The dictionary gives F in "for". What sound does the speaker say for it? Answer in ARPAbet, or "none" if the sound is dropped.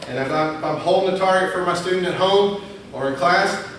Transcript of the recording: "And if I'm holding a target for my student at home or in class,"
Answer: F